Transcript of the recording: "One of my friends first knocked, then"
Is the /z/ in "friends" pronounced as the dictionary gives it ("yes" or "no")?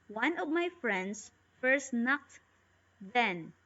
no